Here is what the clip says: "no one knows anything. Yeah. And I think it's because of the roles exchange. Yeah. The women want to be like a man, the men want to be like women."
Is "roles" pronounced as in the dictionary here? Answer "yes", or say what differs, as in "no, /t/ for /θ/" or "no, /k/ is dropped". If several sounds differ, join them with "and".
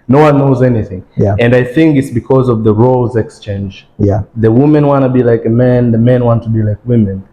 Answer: yes